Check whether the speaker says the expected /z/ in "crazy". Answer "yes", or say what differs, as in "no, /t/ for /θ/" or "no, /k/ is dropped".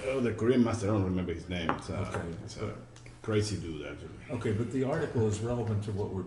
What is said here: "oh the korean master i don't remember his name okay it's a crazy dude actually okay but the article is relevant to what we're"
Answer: no, /s/ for /z/